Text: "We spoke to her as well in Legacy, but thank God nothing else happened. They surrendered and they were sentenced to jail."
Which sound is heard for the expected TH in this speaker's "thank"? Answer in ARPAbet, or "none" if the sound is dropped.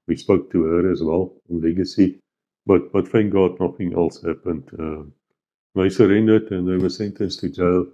F